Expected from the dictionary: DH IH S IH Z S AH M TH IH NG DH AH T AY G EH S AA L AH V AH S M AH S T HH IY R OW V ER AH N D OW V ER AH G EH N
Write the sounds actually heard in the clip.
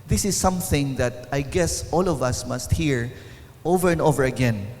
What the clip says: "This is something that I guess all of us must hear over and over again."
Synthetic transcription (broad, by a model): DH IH S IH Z S AH M TH IH NG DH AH T AY G EH S AA L AH V AH S M AH S T HH IY R OW V ER AH N D OW V ER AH G EH N